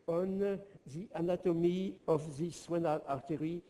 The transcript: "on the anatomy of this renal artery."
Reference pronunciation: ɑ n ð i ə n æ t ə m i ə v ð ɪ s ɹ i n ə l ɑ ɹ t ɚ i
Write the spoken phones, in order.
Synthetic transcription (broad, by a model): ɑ n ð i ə n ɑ t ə m i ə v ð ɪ s w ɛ n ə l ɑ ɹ t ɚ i